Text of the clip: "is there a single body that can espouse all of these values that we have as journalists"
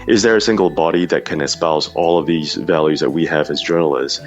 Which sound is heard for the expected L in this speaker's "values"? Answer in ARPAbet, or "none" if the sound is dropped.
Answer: L